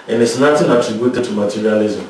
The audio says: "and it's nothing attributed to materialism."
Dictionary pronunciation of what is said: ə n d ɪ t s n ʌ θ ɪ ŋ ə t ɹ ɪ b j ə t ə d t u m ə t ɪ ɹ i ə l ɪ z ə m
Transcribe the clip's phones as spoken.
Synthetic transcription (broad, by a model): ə n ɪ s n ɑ t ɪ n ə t ɹ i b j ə t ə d t u m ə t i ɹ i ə l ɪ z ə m